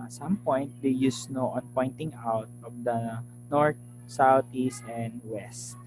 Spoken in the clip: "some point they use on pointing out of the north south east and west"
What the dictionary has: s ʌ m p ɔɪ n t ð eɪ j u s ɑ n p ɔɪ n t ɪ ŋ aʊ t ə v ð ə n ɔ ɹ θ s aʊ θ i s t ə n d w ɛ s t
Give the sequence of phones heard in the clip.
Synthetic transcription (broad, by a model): s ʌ m p ɔɪ n t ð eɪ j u s ɑ n p ɔɪ n t ɪ ŋ aʊ t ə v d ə n ɔ ɹ t s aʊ t i s t ə n d w ɛ s t